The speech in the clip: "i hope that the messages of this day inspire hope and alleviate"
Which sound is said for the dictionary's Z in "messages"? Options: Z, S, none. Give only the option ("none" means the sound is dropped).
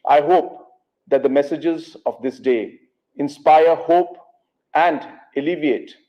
Z